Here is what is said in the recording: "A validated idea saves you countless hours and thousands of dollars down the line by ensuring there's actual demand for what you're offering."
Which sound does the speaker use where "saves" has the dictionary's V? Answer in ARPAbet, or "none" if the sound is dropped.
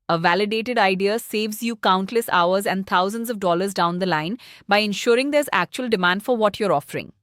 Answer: V